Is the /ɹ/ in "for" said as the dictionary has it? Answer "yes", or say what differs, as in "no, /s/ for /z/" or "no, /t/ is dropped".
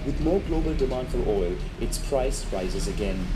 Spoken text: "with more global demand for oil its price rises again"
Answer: no, /l/ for /ɹ/